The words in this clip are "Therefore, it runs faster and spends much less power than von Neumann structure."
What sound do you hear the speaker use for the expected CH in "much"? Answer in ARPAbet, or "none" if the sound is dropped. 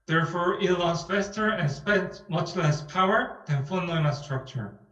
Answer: CH